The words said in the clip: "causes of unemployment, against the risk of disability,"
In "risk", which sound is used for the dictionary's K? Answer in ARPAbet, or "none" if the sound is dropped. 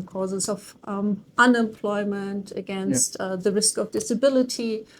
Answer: K